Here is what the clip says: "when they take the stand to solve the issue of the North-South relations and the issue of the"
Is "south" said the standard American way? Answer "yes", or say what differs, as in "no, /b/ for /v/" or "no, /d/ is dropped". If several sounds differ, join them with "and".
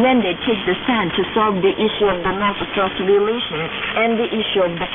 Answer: no, /s/ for /θ/